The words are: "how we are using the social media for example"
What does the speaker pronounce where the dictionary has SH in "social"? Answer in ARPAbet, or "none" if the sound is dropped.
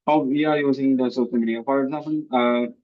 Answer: S